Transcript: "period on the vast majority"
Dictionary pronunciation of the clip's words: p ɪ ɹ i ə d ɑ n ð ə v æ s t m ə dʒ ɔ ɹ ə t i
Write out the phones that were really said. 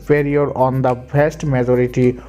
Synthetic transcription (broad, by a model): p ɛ ɹ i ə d ɑ n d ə b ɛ s t m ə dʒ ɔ ɹ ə t i